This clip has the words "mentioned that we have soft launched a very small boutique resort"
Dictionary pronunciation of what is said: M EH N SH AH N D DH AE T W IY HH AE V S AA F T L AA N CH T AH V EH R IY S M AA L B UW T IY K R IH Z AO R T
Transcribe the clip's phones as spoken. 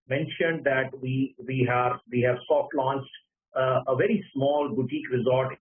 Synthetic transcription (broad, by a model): M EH N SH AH N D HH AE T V IY HH AE V S AA F T L AA N CH T AH V EH R IY S M AA L B UW T IY K R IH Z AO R T